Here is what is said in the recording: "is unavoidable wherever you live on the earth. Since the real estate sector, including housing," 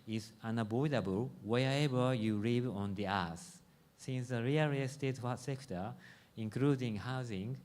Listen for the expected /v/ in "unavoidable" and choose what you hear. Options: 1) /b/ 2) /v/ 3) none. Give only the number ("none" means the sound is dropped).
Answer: 1